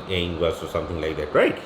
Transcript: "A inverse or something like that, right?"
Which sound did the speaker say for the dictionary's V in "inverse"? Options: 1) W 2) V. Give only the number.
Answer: 1